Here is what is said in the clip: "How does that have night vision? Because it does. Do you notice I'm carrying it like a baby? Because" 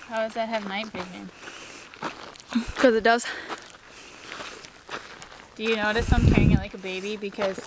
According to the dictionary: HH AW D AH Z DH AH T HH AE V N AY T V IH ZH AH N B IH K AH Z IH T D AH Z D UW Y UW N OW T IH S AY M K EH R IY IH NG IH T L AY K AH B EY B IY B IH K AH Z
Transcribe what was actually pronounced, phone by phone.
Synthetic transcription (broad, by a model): HH AW D AH Z DH AH T HH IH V N AY T B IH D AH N K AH Z IH T D AH Z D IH Y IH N OW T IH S AY M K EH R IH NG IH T L AY K AH B EY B IY B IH K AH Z